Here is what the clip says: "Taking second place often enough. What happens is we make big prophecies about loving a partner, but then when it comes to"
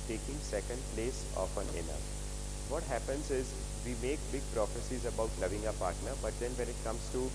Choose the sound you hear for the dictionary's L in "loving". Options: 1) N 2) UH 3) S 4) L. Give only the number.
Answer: 1